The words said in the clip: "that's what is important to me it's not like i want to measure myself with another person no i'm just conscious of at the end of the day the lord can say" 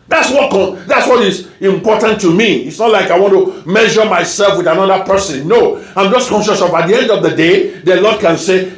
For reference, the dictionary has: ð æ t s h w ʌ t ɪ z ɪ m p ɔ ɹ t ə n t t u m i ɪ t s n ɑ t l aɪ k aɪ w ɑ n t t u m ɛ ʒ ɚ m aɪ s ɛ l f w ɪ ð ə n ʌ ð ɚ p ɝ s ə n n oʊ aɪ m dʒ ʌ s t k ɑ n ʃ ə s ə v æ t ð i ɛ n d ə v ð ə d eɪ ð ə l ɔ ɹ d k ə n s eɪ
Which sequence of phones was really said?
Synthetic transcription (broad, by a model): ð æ t s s w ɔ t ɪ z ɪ m p ɔ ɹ t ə n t t u m i ɪ t s n ɑ t l aɪ k aɪ w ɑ n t t u m ɛ ʒ ɚ m aɪ s ɛ l f w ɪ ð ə n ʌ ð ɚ p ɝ s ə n n oʊ aɪ m dʒ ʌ s k ɑ n ʃ ə s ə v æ t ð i ɛ n d ə v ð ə d eɪ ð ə l ɔ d k ə n s eɪ